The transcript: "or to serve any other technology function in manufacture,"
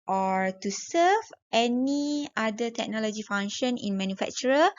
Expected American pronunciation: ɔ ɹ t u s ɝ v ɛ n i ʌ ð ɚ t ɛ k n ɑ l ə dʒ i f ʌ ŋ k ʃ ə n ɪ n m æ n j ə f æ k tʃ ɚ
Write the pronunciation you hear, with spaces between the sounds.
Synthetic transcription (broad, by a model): ɔ ɹ t u s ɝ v ɛ n i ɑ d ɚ t ɛ k n ɑ l ə dʒ i f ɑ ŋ ʃ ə n ɪ n m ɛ n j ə f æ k tʃ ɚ